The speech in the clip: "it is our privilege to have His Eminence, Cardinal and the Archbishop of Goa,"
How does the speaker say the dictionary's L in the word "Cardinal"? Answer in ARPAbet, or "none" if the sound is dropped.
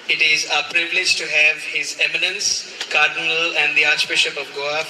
L